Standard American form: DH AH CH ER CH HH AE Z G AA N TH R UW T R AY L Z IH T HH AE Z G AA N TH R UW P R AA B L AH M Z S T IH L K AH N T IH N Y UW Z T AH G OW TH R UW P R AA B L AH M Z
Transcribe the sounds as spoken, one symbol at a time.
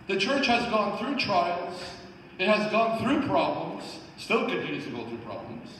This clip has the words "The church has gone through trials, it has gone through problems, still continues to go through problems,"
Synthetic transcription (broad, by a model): DH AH CH ER CH HH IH Z G AA N TH R UW T R AY L Z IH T HH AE Z G AA N TH R UW P R AA B L AH M Z S T IH L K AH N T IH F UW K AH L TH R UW P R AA B L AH M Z